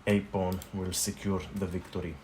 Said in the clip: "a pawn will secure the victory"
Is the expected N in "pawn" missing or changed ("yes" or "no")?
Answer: no